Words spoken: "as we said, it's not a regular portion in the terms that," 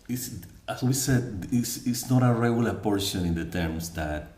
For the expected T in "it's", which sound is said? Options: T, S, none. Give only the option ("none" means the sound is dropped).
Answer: S